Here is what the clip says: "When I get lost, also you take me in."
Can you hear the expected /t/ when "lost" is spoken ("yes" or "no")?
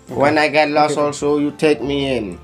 no